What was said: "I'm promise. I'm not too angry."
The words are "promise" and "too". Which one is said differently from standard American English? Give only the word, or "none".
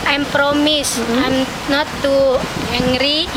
none